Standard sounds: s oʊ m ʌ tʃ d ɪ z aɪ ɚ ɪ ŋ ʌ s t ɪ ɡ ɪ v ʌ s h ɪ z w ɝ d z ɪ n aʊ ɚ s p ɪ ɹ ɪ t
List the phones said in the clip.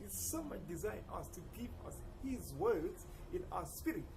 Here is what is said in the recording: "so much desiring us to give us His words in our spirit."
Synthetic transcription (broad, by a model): s oʊ m ʌ tʃ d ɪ z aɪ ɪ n ʌ s t ɪ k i p ʌ s h ɪ z w ɝ d z ɪ n aʊ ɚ s p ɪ ɹ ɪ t